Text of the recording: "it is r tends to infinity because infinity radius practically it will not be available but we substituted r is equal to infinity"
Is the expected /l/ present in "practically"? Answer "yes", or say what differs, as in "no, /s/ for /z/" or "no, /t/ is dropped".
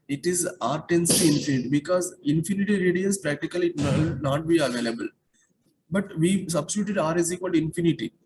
no, /l/ is dropped